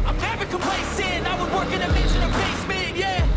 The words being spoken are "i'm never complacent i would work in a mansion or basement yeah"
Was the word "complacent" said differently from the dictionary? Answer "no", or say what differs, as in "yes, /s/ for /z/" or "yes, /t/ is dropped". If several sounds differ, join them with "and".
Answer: yes, /t/ is dropped